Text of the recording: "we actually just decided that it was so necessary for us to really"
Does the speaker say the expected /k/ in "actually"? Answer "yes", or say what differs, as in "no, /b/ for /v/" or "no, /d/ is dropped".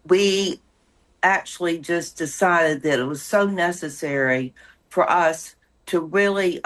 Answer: yes